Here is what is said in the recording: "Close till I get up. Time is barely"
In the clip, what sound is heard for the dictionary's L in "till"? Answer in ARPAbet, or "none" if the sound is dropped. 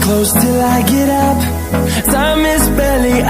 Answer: L